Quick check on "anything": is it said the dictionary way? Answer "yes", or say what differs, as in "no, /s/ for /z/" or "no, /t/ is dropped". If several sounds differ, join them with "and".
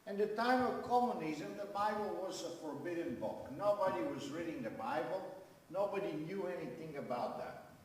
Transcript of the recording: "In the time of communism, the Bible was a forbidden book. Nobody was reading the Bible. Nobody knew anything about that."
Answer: yes